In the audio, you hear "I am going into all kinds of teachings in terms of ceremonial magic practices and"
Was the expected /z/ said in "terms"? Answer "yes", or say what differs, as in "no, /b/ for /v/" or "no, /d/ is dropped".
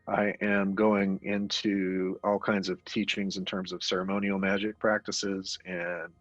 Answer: yes